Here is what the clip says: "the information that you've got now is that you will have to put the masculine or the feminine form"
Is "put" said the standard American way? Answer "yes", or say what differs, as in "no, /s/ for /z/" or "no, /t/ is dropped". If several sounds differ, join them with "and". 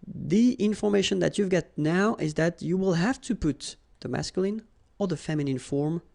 yes